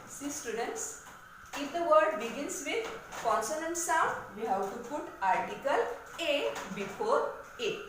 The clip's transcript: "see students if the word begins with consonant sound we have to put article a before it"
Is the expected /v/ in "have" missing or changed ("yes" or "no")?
yes